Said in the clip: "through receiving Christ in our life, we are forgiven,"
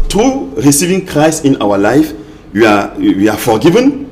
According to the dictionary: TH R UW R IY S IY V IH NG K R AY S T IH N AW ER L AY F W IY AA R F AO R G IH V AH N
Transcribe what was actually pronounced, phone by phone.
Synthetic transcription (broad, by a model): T R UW R IY S IY V IH NG K R AY S T IH N AW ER L AY F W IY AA W F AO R G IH V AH N